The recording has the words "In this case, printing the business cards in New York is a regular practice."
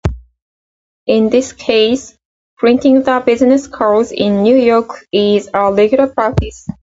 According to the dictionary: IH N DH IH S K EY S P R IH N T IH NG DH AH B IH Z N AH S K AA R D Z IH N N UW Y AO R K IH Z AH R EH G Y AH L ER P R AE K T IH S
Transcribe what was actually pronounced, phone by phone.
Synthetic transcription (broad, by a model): IH N DH IH S K EY S P R IH N T IH NG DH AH B IH Z N AH S K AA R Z IH N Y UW Y AO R K IH Z AH L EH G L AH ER P R AE K T IH S